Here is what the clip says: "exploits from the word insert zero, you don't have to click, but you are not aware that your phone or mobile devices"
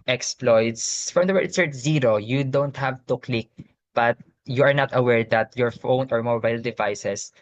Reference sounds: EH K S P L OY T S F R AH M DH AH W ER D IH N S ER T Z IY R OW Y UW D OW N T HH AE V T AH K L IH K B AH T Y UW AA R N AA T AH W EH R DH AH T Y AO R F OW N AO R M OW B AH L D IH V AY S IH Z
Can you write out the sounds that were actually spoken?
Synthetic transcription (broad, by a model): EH K S P L OY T S F R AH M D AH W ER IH S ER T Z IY R OW Y UW D OW N T HH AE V T AH K L IH K B AH T Y UW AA R N AA T AH W EH R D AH T Y AO R F OW N AO R M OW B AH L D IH V AY S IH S